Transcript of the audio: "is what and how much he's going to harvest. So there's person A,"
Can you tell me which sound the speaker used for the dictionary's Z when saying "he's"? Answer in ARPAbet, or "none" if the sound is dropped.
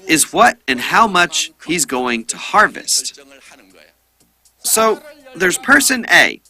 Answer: Z